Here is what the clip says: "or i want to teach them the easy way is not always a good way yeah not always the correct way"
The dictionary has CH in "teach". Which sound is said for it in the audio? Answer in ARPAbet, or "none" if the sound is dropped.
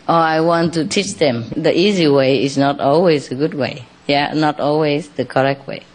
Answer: CH